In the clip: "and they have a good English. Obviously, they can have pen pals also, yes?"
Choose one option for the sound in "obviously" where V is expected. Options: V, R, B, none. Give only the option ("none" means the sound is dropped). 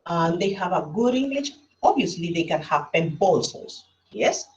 none